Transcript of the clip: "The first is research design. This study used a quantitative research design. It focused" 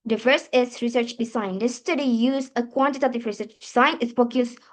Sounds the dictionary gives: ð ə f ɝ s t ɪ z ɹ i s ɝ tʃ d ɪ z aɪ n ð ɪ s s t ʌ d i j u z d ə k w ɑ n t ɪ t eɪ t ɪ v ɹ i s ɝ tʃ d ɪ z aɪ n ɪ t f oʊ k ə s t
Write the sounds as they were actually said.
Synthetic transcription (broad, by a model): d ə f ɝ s ɪ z ɹ i s ɝ tʃ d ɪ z aɪ n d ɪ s s t ʌ d i j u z ə k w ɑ n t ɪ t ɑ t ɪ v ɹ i s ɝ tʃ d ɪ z aɪ n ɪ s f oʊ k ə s